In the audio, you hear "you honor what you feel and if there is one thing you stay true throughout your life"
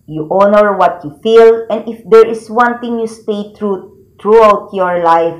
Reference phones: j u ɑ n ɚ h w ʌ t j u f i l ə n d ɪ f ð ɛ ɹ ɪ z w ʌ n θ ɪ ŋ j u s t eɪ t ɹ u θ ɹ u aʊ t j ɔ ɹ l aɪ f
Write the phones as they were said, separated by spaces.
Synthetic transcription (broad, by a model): j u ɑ n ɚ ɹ w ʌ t j u f i l ə n d ɪ f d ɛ ɹ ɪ s w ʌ n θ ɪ ŋ j u s t eɪ t ɹ u t ɹ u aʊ t j ɔ ɹ l aɪ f